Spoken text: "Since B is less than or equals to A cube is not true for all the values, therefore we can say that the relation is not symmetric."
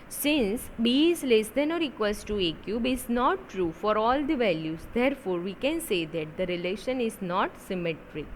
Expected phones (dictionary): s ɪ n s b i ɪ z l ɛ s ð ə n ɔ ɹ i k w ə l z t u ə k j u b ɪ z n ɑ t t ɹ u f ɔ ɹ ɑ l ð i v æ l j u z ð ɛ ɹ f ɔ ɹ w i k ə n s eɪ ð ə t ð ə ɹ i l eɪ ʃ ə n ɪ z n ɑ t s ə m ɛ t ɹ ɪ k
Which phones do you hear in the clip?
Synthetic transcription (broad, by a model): s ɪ n s b i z l ɛ s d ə n ɔ ɹ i k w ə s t t u ə k j u b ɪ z n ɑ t t ɹ u f ɔ ɹ ɑ l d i v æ l j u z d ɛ ɹ f ɔ ɹ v i k ə n s eɪ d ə t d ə ɹ i l eɪ ʃ ə n ɪ z n ɑ t s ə m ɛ t ɹ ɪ k